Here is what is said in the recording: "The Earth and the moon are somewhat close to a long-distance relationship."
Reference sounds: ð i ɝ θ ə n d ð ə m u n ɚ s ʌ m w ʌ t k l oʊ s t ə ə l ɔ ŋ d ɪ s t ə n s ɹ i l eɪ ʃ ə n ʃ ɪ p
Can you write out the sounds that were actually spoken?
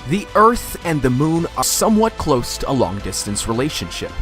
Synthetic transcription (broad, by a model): ð i ɝ θ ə n ð ə m u n ɚ s ʌ m w ʌ t k l oʊ s t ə ə l ɔ ŋ d ɪ s t ə n s ɹ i l eɪ ʃ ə n ʃ ɪ p